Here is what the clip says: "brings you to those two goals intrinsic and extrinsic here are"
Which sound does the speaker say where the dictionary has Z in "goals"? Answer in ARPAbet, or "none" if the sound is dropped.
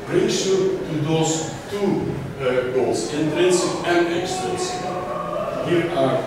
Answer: S